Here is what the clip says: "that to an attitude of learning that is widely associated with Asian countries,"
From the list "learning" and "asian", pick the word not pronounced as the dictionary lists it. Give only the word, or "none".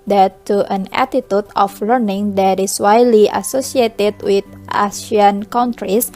asian